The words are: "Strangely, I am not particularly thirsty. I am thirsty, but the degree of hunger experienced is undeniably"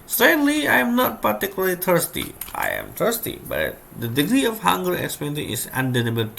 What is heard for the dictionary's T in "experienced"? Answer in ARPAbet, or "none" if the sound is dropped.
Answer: none